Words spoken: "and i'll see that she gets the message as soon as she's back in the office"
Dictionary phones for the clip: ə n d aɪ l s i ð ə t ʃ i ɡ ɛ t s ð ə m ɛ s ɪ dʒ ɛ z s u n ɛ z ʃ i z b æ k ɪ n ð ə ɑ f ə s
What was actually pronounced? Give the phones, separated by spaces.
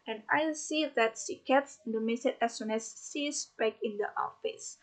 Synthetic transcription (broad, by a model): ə n aɪ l s i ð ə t s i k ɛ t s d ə m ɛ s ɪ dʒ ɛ s u n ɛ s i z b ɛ k ɪ n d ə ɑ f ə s